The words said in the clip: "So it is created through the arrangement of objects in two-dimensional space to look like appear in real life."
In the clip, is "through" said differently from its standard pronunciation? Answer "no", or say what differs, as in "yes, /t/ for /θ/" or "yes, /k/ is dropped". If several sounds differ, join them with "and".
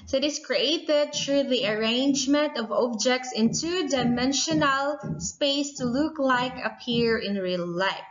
yes, /t/ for /θ/